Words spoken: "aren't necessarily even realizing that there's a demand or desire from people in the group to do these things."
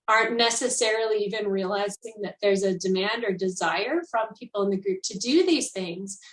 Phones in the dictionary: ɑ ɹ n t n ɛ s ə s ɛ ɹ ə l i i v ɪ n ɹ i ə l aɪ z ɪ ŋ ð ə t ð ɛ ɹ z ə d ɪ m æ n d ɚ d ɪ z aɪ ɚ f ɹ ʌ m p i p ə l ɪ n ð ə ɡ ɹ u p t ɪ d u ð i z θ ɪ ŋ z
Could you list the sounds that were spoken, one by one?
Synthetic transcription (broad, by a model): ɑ ɹ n n ɛ s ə s ɛ ɹ l i i v ɪ n ɹ i ə l aɪ z ɪ ŋ ð ə t ð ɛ ɹ z ə d ɪ m æ n d ɚ d ɪ z aɪ ɚ f ɹ ʌ m p i p l ɪ n ð ə ɡ ɹ u p t ɪ d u ð i z θ ɪ ŋ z